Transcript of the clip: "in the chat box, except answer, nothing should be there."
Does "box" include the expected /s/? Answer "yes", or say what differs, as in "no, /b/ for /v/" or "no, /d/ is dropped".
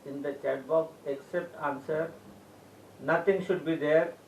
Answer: no, /s/ is dropped